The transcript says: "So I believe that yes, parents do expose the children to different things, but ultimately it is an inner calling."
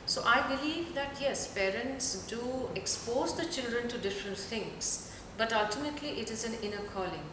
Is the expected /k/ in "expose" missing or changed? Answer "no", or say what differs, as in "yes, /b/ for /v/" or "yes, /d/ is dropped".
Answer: no